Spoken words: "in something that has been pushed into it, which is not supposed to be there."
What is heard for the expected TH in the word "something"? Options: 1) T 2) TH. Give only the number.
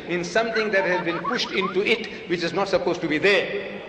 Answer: 1